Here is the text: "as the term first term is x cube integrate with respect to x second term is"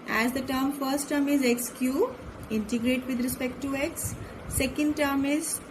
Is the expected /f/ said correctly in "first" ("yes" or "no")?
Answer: yes